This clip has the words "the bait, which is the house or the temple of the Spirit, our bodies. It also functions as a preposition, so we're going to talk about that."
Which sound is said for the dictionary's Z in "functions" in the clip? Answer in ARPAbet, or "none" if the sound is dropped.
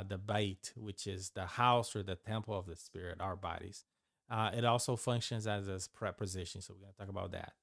Z